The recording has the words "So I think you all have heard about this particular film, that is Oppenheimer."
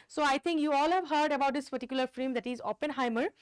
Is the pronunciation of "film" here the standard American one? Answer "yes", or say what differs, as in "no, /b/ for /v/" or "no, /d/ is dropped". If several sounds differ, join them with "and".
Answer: no, /l/ is dropped